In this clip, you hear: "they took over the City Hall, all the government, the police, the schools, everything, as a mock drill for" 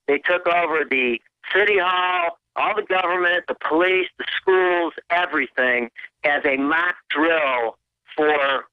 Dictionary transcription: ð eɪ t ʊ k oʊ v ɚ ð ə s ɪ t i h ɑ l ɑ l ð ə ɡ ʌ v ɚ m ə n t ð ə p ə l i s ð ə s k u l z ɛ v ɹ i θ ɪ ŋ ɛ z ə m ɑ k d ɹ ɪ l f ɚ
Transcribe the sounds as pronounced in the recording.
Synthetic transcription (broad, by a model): ð eɪ t ʊ k oʊ v ɚ ð ə s ɪ t i h ɑ l ɑ l ð ə ɡ ʌ v ɚ m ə n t ð ə p ə l i s ð ə s k u l z ɛ v ɹ i θ ɪ ŋ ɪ z ə m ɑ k d ɹ ɪ l f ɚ